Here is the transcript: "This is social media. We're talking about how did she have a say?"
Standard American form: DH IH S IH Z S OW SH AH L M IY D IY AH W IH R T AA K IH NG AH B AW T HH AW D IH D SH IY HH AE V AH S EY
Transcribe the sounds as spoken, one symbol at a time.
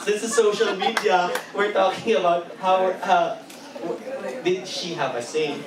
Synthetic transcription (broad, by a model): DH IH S IH Z S OW SH L M IY D IY AH W IH R T AA K IH NG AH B AW T HH AW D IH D SH IY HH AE V AH S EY